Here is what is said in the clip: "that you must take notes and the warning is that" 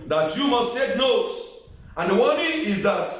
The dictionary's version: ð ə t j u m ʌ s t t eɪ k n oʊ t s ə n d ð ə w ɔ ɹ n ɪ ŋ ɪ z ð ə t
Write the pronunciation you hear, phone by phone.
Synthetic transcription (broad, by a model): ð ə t j u m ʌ s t t eɪ k n oʊ t s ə n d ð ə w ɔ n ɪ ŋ ɪ z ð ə t